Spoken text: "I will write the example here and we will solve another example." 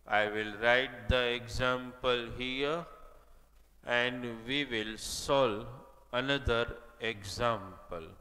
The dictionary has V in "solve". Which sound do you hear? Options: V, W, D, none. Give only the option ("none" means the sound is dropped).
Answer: none